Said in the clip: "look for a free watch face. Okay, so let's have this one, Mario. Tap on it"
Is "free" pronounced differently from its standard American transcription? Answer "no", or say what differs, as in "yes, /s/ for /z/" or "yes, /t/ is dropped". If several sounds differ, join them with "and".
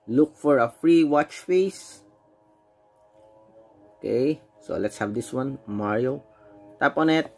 no